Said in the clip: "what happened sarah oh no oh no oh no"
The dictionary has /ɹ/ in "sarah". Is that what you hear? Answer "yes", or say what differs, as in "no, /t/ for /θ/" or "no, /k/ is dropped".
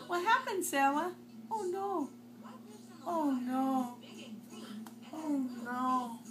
no, /w/ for /ɹ/